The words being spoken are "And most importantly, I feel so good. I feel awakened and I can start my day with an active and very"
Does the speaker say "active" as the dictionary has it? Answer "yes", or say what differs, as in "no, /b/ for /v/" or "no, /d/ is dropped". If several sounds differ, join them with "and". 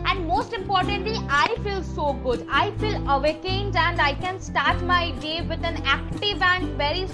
yes